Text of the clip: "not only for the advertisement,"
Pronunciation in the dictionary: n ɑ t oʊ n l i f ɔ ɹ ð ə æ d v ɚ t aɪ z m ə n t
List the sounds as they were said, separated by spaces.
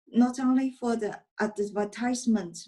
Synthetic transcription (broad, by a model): n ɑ t oʊ n l i f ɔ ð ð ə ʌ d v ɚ t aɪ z m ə n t